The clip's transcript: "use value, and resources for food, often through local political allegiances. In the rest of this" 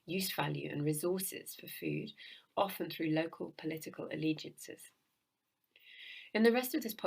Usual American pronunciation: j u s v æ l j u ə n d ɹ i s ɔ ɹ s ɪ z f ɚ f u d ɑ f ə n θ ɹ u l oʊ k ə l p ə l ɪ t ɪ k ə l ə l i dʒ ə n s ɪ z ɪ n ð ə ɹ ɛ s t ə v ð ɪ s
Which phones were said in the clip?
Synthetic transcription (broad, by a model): j u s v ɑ l j u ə n ɹ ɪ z ɔ s ɪ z f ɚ f u d ɑ f ə n θ ɹ u l oʊ k ə l p ə l ɪ t ɪ k ə l ə l i dʒ ə n s ɪ z ɪ n ð ə ɹ ɛ s t ə v ð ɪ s